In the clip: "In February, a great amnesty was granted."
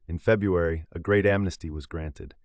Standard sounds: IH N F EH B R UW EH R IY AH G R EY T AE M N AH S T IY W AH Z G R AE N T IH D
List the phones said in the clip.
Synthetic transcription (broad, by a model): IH N F EH B R UW EH R IY AH G R EY T AE M N AH S T IY W AH Z G R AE N T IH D